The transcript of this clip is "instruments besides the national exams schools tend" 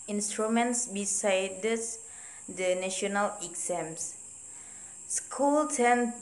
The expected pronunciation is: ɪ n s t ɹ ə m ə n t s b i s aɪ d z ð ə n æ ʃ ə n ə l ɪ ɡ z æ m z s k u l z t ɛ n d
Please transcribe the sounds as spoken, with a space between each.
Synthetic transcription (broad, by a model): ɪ n s t ɹ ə m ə n t s b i s aɪ d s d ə n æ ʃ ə n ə l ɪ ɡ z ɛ m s s k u l t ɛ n